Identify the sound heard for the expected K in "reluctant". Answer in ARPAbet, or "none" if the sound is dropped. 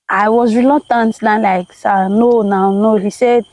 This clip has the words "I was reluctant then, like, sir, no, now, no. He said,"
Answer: none